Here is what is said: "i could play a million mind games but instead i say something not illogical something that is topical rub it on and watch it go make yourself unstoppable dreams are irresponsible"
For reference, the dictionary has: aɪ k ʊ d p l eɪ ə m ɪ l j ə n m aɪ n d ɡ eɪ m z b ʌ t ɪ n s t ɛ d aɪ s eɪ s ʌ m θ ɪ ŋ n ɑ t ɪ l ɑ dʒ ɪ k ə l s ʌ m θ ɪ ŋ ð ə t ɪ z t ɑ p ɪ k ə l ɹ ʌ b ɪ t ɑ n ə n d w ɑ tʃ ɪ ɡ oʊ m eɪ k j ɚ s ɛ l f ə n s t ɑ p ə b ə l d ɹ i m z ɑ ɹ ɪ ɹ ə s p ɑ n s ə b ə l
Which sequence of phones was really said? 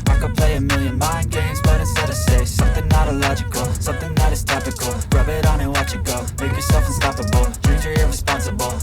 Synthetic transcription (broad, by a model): aɪ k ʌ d p l eɪ ə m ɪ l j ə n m aɪ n ɡ eɪ m z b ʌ t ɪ s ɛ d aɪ s eɪ s ʌ m θ ɪ ŋ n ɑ t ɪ l ɑ dʒ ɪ k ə l s ʌ m θ ɪ ŋ ð ə t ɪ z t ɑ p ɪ k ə l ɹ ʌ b ɪ t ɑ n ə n w ɑ tʃ ɪ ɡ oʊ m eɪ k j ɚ s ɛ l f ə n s t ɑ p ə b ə l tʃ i z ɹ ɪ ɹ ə s p ɑ n s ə b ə l